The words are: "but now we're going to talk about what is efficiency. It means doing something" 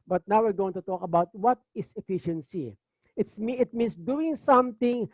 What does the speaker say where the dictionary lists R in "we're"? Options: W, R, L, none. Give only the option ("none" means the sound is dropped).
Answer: R